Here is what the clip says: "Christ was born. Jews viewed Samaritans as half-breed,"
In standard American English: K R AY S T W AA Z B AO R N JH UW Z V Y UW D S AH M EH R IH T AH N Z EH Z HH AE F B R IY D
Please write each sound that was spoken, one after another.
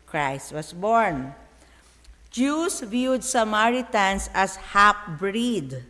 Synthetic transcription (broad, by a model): K R AY S T W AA S B AO R N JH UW S V Y UW D S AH M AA R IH T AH N S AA S HH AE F B R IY D